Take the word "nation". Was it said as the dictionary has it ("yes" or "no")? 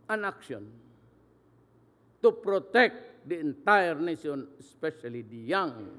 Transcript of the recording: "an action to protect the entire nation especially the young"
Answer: no